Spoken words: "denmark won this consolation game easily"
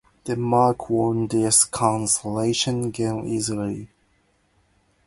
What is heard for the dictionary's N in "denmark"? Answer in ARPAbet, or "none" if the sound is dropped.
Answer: none